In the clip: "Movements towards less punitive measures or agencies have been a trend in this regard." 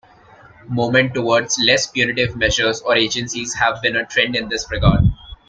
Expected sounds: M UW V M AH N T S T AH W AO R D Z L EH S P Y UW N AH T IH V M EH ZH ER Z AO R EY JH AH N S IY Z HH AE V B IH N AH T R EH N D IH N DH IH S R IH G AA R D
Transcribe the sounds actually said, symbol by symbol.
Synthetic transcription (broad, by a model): M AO M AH N T T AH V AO R D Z L EH S P Y UW N AH T IH V M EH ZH ER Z AO R EY JH AH N S IY Z HH AE V B IH N AH T R EH N D IH N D IH S R IH G AA R D